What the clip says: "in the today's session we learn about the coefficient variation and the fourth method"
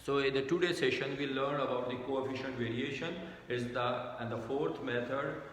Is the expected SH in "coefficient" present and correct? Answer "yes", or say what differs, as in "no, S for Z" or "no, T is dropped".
yes